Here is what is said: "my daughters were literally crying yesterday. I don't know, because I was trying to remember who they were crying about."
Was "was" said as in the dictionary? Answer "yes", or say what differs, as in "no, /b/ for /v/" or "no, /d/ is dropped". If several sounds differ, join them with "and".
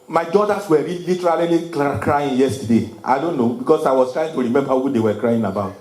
no, /s/ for /z/